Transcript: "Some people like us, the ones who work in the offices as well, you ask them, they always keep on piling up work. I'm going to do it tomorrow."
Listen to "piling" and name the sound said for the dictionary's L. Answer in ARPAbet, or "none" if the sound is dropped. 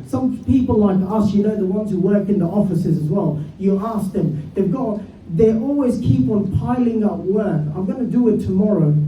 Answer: L